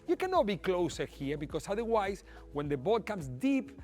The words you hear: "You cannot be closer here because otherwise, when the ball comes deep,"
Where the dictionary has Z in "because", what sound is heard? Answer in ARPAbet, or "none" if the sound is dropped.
S